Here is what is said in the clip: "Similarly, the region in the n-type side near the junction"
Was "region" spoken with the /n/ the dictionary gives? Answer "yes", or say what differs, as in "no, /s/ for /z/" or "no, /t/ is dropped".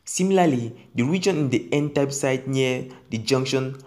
yes